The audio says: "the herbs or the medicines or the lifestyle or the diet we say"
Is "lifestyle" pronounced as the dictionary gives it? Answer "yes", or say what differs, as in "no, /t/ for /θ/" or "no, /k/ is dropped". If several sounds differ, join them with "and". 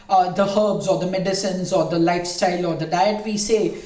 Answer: yes